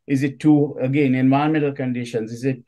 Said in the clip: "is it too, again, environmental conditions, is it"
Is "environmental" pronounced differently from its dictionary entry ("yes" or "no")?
yes